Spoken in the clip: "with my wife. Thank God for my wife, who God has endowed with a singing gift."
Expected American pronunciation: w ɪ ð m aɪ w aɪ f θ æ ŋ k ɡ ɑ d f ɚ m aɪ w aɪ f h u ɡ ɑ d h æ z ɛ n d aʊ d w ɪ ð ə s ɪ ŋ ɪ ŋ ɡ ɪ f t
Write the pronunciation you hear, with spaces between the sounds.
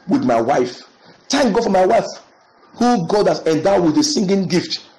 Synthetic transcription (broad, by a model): w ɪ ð m aɪ w aɪ f t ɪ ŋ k ɡ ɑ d f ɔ m aɪ w aɪ f h u ɡ ɑ d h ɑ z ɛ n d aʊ w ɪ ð ə s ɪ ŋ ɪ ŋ ɡ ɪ f t